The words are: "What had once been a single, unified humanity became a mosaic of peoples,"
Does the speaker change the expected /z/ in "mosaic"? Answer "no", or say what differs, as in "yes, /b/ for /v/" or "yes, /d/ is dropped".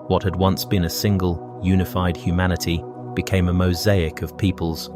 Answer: no